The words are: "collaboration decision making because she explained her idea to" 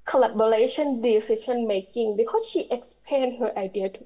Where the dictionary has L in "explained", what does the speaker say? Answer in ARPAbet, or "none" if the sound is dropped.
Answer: none